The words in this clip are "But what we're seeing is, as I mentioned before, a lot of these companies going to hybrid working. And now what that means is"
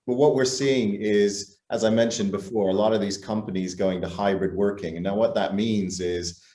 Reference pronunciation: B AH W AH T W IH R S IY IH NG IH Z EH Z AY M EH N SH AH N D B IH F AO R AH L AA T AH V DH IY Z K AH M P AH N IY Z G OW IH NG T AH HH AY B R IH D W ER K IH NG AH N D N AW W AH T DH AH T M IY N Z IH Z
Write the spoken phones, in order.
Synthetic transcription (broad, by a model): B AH W AH T W IH R S IY IH NG IH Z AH Z AY M EH N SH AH N B IH F AO R AH L AA T AH V DH IY Z K AH M P AH N IY Z G OW IH NG T AH HH AY B R IH D W ER K IH NG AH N N AW W AH T DH AH T M IY N Z IH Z